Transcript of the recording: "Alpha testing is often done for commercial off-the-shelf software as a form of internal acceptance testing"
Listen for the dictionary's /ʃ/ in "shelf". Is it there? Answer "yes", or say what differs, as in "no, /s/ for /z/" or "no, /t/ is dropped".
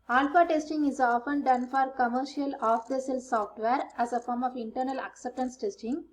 no, /s/ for /ʃ/